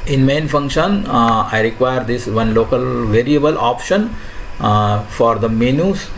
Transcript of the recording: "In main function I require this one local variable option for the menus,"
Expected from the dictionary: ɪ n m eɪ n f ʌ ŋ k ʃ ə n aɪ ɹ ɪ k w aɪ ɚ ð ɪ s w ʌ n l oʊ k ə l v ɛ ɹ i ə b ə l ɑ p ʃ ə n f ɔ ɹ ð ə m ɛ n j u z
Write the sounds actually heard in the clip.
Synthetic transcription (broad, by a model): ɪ n m eɪ n f ʌ ŋ k ʃ ə n aɪ ɹ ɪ k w aɪ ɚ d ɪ s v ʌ n l oʊ k ə l v ɛ ɹ i ə b ə l ɑ p ʃ ə n f ɔ ɹ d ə m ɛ n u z